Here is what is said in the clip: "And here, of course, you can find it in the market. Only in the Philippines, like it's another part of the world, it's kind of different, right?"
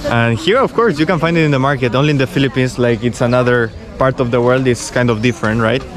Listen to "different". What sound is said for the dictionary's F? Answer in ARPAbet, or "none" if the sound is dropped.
F